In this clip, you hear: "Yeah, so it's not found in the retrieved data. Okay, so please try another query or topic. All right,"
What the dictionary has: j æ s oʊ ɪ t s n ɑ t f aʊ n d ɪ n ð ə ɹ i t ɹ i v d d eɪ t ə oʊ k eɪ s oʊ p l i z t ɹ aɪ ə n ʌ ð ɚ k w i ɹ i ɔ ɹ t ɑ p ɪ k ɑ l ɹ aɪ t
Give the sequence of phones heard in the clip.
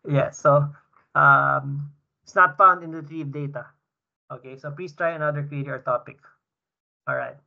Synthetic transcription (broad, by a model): j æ s oʊ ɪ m s n ɑ t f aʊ n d ɪ n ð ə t ɹ i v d d eɪ t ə oʊ k eɪ s oʊ p l i s t ɹ aɪ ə n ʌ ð ɚ k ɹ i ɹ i ɔ ɹ t ɑ p ɪ k ɑ l ɹ aɪ t